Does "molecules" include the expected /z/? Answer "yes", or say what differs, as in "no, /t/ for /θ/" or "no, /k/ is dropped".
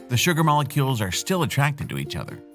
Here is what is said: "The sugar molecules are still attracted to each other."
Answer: yes